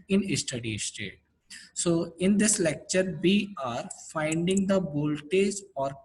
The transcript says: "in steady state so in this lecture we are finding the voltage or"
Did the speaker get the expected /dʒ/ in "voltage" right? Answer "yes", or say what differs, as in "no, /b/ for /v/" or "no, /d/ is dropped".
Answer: no, /z/ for /dʒ/